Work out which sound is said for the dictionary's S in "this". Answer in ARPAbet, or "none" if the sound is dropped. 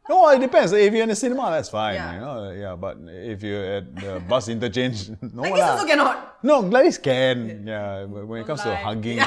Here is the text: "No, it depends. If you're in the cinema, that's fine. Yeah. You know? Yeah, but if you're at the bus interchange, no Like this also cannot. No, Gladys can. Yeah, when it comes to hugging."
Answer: none